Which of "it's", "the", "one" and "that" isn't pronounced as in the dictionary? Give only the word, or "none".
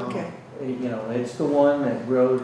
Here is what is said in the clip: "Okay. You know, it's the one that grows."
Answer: none